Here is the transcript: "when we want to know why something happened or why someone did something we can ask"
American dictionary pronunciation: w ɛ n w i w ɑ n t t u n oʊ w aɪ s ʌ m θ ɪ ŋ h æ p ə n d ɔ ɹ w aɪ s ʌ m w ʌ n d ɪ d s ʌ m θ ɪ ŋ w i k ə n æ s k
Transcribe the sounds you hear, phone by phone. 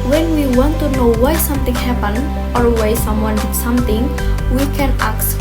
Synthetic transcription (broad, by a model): w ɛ n w i w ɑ n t t u n oʊ w aɪ s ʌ m t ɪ ŋ h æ p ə n ɔ ɹ w aɪ s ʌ m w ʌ n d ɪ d s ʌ m t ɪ ŋ w i k ə n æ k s